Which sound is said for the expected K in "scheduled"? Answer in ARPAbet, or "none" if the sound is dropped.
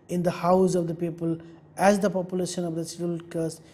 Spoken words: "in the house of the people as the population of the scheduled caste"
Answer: none